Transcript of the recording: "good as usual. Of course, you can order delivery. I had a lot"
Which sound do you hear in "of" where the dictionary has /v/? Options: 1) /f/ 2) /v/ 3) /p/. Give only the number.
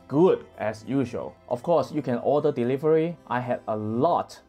1